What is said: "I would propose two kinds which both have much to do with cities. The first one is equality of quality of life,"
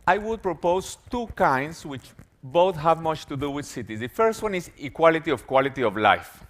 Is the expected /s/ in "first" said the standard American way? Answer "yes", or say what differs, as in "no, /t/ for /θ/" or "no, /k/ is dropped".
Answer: yes